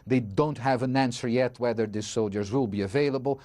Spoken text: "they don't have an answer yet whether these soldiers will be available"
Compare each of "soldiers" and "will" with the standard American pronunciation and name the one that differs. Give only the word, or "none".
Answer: none